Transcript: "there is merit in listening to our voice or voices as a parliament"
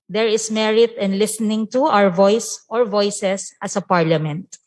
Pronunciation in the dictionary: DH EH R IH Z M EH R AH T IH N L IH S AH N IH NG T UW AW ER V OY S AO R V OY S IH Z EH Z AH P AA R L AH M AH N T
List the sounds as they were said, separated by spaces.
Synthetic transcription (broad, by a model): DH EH R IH S M EH R AH T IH N L IH S AH N IH NG T UW AW ER V OY S AO R V OY S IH S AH S AH P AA R L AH M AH N T